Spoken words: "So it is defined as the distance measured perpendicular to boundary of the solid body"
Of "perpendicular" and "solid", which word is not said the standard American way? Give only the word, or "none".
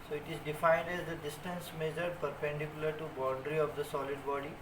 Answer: none